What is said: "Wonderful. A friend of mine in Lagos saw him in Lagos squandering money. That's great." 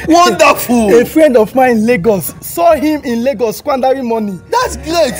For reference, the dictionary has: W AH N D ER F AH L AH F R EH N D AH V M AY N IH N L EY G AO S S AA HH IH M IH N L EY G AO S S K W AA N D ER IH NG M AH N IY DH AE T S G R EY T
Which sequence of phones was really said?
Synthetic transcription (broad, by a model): W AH N D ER F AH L AH F R EH N D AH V M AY IH N L EY G AO S S AA HH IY M IH N L EY G AO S S K W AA N D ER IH M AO N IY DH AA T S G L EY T